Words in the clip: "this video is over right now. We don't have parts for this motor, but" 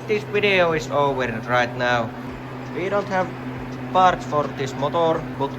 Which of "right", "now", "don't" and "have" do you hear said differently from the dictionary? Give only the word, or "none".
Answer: none